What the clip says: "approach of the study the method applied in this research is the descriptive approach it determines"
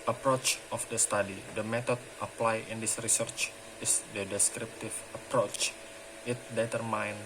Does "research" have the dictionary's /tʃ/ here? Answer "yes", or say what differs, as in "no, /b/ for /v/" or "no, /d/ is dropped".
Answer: yes